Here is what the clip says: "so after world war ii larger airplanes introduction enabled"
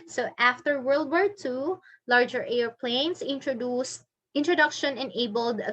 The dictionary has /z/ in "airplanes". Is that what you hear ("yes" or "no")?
no